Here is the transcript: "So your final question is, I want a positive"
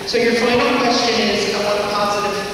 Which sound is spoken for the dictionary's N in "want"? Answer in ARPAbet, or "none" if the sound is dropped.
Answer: none